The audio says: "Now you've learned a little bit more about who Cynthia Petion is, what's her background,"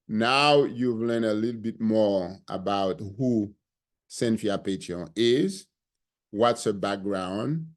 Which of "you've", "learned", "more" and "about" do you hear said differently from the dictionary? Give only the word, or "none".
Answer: learned